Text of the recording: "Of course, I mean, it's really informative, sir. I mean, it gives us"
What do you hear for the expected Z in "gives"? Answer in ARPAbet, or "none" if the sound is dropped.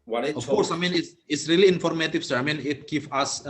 none